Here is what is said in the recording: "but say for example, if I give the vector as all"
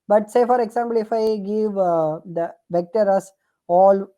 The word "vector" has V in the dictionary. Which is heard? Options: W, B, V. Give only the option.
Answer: V